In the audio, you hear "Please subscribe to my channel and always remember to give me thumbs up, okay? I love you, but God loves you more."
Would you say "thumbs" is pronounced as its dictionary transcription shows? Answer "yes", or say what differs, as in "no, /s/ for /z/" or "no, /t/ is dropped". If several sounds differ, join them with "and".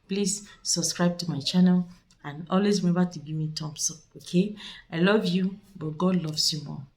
no, /t/ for /θ/ and /s/ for /z/